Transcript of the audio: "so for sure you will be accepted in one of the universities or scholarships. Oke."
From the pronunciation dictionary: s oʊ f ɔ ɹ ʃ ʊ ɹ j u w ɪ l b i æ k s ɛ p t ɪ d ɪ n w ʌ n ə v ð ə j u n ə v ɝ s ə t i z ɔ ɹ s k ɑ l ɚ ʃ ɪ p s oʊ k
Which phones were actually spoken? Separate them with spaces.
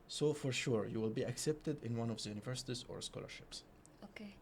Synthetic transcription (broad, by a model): s oʊ f ɔ ɹ ʃ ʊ ɹ j u w ɪ l b i æ k s ɛ p t ɪ d ɪ n w ʌ n ə v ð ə j u n ə v ɝ s ə t i z ɔ ɹ s k ɑ l ɚ ʃ ɪ p s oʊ k